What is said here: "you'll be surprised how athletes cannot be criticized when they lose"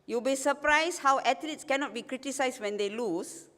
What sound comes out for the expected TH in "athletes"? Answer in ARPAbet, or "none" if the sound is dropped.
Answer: T